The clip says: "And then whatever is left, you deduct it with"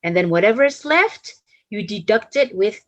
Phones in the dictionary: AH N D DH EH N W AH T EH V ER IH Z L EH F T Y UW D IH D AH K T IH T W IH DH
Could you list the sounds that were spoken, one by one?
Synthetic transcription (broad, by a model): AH N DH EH N W AH T EH V ER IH S L EH F T Y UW D IH D AH K T IH T W IH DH